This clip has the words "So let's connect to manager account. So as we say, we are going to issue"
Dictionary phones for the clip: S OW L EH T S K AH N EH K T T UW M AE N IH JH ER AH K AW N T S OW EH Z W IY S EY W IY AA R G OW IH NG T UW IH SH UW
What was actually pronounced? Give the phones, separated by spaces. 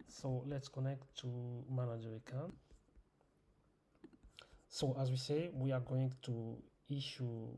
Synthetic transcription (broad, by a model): S OW L EH T S K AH N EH K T T UW M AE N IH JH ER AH K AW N S OW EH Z W IY S EY W IY AA R G OW IH NG T UW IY SH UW